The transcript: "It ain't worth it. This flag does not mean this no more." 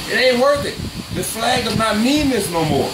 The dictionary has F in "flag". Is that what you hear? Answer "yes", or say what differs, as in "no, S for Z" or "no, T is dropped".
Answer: yes